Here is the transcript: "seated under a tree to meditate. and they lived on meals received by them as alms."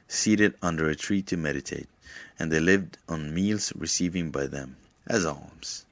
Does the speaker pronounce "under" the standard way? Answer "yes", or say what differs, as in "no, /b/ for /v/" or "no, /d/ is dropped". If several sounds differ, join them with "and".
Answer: yes